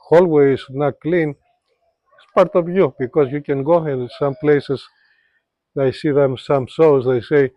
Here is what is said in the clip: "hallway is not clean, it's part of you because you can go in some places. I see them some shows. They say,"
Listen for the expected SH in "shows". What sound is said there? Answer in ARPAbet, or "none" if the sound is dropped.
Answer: S